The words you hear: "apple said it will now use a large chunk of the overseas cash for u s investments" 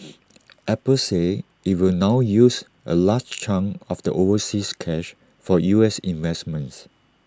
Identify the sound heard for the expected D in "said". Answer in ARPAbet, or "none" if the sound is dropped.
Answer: none